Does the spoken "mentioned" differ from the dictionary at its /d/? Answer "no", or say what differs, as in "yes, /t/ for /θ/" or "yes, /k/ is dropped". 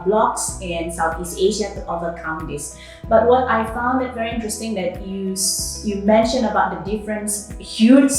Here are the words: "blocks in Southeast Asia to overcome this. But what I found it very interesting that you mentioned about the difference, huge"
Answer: yes, /d/ is dropped